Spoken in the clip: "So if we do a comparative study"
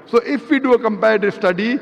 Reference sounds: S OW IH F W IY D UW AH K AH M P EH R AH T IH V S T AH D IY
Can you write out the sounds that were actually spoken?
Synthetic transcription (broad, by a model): S OW IH F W IY D UW AH K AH M P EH AH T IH S T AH D IY